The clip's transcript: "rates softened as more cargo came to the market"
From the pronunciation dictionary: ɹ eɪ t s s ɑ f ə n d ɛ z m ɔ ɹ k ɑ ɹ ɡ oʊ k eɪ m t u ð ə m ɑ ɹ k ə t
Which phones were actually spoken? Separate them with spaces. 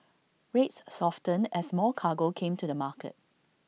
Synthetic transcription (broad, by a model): ɹ eɪ t s s ɑ f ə n ɛ s m ɔ l k ɑ ɡ oʊ k eɪ m t u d ə m ɑ k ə t